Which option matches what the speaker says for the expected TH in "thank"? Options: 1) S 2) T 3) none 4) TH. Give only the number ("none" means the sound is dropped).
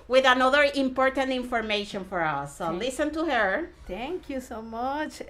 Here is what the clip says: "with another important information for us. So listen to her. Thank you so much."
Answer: 2